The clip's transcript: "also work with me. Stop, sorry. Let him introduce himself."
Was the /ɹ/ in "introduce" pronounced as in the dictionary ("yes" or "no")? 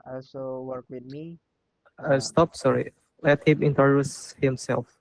no